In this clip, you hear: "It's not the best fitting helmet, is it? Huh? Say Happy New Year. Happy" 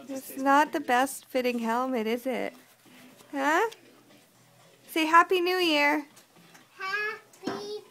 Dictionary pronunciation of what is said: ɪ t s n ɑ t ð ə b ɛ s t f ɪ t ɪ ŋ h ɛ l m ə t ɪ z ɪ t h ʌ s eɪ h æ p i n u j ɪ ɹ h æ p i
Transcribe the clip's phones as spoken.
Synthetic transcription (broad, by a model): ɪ t s n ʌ t ð ə b ɛ s t f ɪ t ɪ ŋ h ɛ l m ə t ɪ z ɪ t h ʌ s eɪ h æ p i n u j ɪ ɹ h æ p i